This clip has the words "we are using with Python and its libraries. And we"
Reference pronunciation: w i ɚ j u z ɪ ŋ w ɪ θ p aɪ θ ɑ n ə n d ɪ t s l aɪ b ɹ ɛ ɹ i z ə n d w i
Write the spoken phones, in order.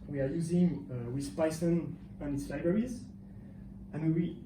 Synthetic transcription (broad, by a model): w i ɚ j u z ɪ ŋ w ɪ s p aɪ s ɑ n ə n ɪ t s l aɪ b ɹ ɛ ɹ i z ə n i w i